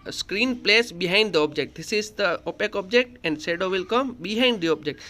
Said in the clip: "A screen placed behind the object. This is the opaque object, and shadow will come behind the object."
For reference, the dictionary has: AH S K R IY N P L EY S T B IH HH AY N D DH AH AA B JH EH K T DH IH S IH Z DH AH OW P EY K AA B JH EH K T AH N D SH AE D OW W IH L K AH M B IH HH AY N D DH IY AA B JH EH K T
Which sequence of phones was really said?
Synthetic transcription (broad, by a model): S K R IY N P L EY S B IH HH AY N D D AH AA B JH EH K T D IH S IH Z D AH OW P EY K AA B JH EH K T AH N D S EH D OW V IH L K AH M B IH HH AY N D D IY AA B JH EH K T